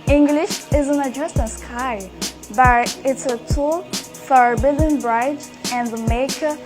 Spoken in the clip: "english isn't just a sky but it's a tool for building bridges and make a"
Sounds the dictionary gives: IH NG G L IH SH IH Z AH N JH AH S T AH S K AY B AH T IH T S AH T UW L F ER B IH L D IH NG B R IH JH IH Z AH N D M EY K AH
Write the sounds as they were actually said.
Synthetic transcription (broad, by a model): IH NG G L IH SH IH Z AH N JH AH S T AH S K AY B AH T IH T S AH T UW L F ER B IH L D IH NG B R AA IH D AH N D M EY K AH